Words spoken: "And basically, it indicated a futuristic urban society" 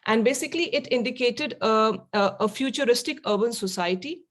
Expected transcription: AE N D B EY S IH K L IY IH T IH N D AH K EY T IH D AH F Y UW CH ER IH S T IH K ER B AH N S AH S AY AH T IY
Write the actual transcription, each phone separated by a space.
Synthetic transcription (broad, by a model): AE N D B EY S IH K L IY IH T IH N D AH K EY T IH D AH F Y UW CH ER IH S T IH K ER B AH N S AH S AY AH T IY